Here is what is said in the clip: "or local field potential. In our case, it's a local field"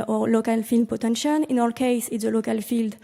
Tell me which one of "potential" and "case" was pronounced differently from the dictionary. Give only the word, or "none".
potential